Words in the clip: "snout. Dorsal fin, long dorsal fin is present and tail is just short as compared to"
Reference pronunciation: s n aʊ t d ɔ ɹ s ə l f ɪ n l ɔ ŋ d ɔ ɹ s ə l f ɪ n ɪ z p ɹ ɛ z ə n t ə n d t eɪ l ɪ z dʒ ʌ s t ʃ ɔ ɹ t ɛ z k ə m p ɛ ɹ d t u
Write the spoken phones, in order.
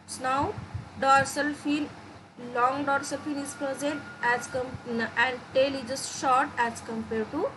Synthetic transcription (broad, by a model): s n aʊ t d ɔ ɹ s ə l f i l l ɔ ŋ d ɔ ɹ s ə l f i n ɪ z p ɹ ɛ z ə n t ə n d t eɪ l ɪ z dʒ ʌ s t ʃ ɔ ɹ t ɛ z k ə m p ɛ ɹ d t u